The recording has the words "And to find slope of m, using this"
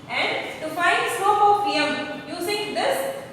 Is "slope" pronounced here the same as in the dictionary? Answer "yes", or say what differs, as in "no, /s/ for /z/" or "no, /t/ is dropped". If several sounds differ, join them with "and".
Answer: no, /l/ is dropped